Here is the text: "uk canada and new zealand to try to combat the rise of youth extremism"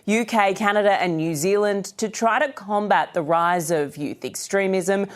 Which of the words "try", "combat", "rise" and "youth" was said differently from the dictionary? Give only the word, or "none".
none